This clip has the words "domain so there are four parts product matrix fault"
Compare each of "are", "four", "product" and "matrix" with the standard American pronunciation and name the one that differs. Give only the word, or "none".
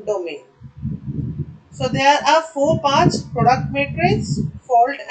matrix